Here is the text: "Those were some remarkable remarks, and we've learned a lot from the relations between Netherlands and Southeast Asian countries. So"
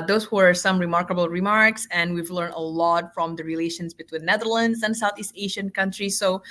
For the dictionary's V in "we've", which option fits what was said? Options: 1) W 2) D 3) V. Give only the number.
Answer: 3